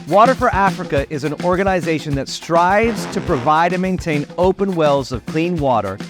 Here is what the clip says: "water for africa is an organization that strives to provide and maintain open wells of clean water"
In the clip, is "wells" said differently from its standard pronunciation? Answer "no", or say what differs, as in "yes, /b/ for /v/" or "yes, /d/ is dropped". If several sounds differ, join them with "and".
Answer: no